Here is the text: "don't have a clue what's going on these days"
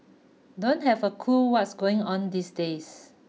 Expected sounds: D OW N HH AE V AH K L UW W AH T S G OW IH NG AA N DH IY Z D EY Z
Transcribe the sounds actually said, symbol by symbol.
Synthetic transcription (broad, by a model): D OW N HH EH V AH K UW W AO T S G OW IH NG AA N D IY S D EY S